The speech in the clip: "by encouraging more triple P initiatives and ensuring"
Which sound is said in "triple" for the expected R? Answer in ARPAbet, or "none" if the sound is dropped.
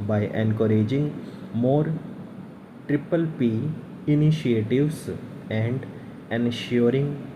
R